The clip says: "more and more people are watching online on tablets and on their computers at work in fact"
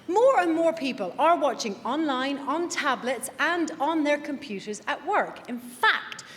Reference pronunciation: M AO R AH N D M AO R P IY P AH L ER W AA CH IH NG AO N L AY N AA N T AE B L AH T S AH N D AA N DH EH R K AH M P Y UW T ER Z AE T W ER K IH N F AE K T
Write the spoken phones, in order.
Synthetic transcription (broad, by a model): M AO R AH N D M AO R P IY P AH L ER W AA CH IH NG AO N L AY N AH N T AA B L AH T S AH N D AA N DH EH R K AH M P Y UW T ER Z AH T W ER K IH N F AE K T